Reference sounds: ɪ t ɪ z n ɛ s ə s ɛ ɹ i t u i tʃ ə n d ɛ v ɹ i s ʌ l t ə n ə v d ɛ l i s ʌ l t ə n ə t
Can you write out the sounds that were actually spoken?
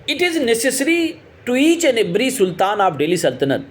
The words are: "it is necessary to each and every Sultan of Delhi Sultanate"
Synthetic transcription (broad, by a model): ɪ t ɪ z n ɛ s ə s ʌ ɹ i t u i tʃ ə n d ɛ b ɹ i s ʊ l t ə n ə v d ɛ l i s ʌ l t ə n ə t